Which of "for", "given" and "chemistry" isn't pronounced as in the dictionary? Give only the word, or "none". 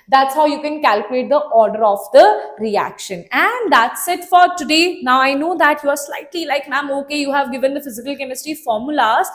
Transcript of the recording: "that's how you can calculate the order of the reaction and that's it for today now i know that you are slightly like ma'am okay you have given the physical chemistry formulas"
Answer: chemistry